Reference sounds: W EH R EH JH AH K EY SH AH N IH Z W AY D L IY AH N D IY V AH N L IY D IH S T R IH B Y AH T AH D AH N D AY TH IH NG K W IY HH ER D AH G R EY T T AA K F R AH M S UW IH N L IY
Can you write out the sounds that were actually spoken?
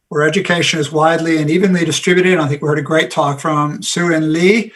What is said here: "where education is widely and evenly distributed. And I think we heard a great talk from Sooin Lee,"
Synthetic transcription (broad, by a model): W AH R EH JH AH K EY SH AH N IH Z W AY D L IY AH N IY V AH N L IY D IH S T R IH B Y AH T AH D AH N AY TH IH NG K W IY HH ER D AH G R EY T T AA K F R AH M S UW IH N L IY